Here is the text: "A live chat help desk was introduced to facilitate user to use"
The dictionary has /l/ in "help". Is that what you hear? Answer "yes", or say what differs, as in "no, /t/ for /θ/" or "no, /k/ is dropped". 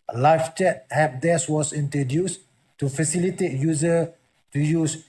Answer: no, /l/ is dropped